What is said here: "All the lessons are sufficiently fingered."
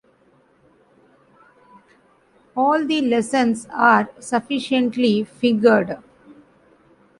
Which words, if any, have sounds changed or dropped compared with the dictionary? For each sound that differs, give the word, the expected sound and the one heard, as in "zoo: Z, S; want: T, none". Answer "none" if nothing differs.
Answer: lessons: Z, S; fingered: NG, none